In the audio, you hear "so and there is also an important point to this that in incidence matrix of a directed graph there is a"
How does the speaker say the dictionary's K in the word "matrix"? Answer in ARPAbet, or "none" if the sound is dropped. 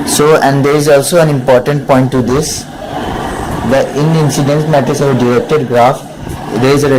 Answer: none